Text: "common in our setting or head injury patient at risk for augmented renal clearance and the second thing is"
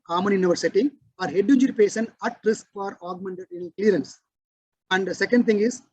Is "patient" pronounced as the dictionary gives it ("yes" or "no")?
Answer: no